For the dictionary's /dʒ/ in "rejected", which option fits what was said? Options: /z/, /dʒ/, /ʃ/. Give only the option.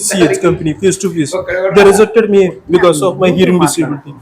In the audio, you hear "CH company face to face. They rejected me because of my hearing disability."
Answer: /z/